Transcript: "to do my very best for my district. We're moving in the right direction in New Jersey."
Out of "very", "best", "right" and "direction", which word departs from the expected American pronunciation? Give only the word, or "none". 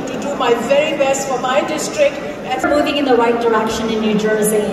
right